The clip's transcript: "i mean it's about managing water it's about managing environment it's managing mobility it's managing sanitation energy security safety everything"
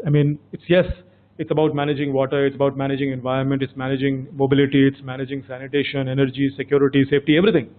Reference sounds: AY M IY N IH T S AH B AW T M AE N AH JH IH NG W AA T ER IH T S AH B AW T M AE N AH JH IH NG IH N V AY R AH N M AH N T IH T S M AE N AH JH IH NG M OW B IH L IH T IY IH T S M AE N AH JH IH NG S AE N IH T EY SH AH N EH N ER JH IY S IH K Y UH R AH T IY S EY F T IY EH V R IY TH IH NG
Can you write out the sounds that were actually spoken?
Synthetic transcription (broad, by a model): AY M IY N IH T S AH B AW T M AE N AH JH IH NG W AA T ER IH T S AH B AW T M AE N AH JH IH NG IH N V AY R AH N M AH N T IH T S M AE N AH JH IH NG M OW B IH L IH T IY IH T S M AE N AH JH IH NG S AE N IH T EY SH AH N EH N ER JH IY S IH K Y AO R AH T IY S EY F T IY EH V R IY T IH NG